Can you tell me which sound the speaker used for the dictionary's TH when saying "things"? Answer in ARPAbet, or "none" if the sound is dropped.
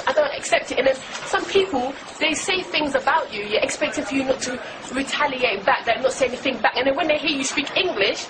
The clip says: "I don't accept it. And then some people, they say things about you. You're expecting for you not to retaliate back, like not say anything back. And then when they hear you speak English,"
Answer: TH